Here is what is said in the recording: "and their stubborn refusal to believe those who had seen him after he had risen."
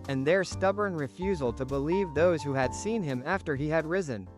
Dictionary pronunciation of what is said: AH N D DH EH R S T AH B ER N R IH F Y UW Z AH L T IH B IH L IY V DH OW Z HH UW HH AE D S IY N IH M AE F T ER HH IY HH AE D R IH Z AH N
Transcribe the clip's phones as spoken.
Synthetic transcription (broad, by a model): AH N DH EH R S T AH B ER N R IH F Y UW Z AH L T IH B IH L IY V DH OW Z HH UW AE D S IY N IH M AE F T ER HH IY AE D R IH Z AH N